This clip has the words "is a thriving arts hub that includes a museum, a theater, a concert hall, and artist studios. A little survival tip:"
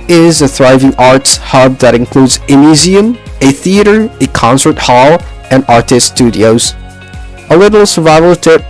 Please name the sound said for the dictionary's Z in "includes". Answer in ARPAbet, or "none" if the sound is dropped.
Z